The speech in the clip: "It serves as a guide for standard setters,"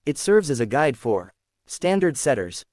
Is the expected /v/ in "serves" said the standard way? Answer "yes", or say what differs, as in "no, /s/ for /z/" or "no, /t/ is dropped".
yes